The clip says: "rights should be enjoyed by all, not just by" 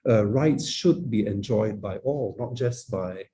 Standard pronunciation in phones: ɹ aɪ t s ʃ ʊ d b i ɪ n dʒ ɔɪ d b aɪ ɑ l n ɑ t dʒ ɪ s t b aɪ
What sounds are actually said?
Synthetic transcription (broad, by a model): ɹ aɪ t s ʃ ʊ d b i ɪ n dʒ ɔɪ d b aɪ ɑ l n ɑ t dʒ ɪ s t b aɪ